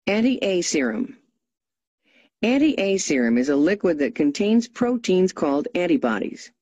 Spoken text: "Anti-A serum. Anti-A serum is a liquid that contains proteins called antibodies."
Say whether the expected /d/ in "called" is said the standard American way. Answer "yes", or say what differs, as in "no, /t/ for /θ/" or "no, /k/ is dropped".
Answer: yes